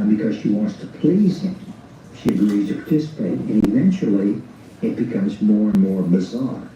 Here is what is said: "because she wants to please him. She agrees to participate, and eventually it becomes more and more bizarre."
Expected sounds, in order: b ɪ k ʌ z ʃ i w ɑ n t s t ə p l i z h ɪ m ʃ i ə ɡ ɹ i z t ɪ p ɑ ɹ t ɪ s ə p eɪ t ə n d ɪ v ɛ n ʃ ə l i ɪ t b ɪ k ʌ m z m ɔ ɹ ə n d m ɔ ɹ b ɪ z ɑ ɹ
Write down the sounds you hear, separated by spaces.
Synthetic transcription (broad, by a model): b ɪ k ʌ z ʃ i w ɑ n t s t ə p l i z h ɪ m ʃ i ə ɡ ɹ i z t ɪ p ɑ ɹ t ɪ s ə p eɪ t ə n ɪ v ɛ n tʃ l i ɪ t b ɪ k ʌ m z m ɔ ɹ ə n m ɔ ɹ b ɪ z ɑ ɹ